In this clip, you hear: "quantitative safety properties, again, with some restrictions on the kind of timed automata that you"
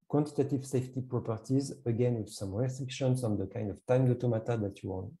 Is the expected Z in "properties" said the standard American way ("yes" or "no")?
yes